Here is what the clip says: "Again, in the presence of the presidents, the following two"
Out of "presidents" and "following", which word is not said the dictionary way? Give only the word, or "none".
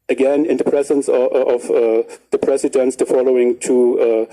presidents